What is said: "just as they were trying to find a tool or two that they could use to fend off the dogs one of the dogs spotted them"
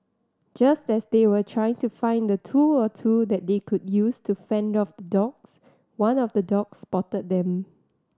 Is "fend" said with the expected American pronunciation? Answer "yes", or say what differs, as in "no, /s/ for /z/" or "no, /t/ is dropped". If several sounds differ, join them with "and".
yes